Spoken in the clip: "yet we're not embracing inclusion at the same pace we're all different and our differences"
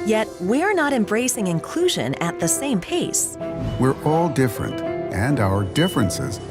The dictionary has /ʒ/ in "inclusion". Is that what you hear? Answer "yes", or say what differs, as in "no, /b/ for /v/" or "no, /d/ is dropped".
yes